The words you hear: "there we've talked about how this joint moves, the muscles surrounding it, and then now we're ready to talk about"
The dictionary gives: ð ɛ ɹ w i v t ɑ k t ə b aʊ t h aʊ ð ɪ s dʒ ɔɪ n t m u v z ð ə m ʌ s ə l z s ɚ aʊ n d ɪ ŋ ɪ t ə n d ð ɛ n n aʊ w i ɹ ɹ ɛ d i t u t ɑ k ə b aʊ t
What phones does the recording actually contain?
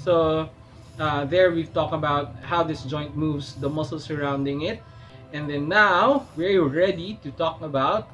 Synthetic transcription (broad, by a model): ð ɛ ɹ w i v t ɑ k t ə b aʊ t h aʊ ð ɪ s dʒ ɔɪ n t m u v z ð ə m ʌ s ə l s ɚ aʊ n d ɪ ŋ ɪ t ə n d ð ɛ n n aʊ w i ɹ ɹ ɛ d i t u t ɑ k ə b aʊ t